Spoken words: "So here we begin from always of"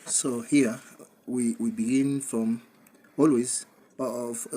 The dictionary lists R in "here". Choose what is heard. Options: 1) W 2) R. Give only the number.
1